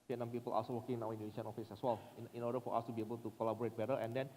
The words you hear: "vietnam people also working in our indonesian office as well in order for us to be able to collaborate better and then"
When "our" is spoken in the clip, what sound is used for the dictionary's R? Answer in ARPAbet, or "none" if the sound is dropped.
W